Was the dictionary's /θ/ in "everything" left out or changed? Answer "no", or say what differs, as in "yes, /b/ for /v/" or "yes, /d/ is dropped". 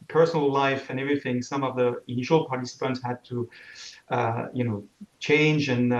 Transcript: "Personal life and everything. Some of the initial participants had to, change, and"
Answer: no